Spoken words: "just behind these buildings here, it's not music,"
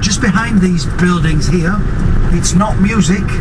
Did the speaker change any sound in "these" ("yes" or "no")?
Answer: no